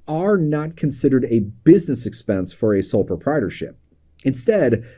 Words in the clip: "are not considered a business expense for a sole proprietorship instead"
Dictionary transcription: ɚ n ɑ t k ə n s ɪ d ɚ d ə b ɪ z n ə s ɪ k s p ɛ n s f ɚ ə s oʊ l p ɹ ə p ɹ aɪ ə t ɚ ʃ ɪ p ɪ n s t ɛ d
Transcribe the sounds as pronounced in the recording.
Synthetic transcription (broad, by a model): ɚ n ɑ t k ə n s ɪ d ɚ d ə b ɪ z n ə s ɪ k s p ɛ n s f ɚ ə s oʊ l p ɹ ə p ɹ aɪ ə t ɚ ʃ ɪ p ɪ n s t ɛ d